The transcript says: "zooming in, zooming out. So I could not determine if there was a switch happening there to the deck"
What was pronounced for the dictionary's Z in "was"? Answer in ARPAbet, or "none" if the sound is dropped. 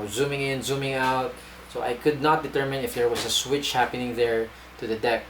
S